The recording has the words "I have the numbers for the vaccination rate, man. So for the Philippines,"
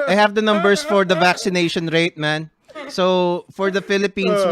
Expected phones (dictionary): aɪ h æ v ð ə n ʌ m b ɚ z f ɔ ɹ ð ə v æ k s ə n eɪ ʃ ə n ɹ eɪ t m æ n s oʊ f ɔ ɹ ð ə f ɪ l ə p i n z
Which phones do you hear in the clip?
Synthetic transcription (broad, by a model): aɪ h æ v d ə n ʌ m b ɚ s f ɔ ɹ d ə v æ k s ə n eɪ ʃ ə n ɹ eɪ t m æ n s oʊ f ɔ ɹ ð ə f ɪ l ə p i n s